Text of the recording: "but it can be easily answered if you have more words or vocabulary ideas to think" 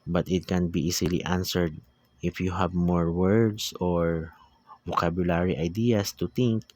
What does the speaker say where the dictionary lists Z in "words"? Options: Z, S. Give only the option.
S